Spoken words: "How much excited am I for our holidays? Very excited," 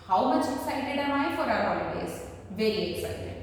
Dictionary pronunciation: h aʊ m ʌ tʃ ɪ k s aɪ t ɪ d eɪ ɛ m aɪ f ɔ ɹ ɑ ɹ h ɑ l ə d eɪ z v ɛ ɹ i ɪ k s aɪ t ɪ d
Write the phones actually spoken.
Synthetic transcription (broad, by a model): h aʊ m ʌ tʃ ɪ k s aɪ t ɪ d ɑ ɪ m aɪ f ɔ ɹ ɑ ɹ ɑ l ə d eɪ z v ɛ l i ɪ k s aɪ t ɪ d